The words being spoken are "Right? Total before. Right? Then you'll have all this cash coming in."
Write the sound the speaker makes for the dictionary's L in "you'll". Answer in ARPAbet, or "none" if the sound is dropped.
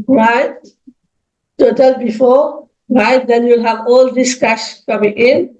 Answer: L